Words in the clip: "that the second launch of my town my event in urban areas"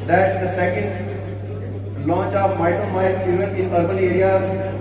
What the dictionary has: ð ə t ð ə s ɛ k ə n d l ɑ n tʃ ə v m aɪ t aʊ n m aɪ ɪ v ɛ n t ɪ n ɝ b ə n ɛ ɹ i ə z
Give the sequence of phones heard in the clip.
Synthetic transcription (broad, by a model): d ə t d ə s ɛ k ə n d l ɑ n tʃ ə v m aɪ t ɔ m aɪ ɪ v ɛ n ɪ n ɝ b ə n ɛ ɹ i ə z